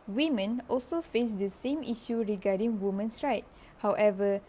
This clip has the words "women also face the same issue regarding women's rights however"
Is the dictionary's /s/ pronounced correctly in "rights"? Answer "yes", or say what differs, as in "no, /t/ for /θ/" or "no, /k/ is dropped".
no, /s/ is dropped